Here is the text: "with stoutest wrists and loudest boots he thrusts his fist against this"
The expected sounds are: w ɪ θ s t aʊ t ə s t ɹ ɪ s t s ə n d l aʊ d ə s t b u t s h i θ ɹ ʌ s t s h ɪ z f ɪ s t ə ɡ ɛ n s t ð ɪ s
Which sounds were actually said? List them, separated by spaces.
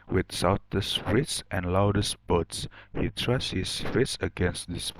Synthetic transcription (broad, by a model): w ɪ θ s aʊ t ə s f ɹ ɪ t s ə n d l aʊ d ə s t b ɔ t s h i t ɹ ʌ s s h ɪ s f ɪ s ə ɡ ɛ n s t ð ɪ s